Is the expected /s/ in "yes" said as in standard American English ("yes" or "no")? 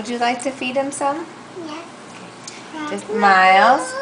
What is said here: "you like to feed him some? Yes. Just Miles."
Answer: no